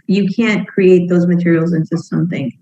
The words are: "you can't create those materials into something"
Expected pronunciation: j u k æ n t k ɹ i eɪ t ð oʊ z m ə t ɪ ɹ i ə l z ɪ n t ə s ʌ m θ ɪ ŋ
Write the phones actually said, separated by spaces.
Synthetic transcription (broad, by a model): j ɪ k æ n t k ɹ i eɪ t ð oʊ z m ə t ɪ ɹ i l z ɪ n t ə s ʌ m θ ɪ ŋ